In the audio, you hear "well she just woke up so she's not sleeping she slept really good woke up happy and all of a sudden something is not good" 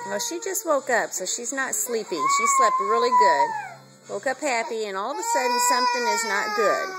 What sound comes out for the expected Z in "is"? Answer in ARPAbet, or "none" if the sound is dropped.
Z